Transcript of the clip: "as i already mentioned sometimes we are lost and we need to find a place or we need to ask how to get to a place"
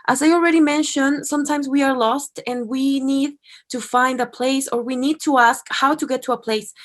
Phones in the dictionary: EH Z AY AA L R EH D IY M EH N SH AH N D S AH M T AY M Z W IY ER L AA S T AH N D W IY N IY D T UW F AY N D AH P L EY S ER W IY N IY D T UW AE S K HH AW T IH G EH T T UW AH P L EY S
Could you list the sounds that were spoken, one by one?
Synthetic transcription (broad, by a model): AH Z AY AA L R EH D IY M EH N SH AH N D S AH M T AY M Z W IY ER L AA S T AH N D W IY N IY D T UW F AY N D AH P L EY S ER W IY N IY D T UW AE S K HH AW T IH G EH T T UW AH P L EY S